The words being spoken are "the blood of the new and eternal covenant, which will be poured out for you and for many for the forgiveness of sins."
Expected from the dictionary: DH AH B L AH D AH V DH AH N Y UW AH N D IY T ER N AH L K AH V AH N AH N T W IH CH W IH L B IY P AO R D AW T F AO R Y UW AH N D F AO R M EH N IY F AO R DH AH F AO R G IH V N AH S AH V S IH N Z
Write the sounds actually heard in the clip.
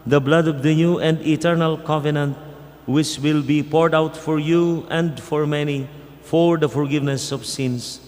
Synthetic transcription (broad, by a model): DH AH B L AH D AH V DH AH N Y UW AH N D IY T ER N AH L K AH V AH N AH N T W IH CH W IH L B IY P AO R D AW T F AO R Y UW AH N D F AO R M EH N IY F AO R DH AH F AO R G IH V N AH S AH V S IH N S